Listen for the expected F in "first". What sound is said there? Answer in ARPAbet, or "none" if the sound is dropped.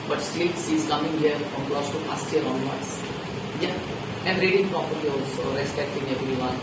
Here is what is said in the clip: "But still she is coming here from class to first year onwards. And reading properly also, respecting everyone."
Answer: P